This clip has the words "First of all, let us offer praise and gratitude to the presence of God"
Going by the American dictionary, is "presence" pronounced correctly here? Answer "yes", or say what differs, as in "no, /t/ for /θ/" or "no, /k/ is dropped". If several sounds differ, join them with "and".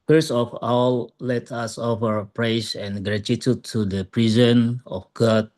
no, /s/ is dropped